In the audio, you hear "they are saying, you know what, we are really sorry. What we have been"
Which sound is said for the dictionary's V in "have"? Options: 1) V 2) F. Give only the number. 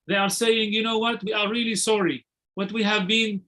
1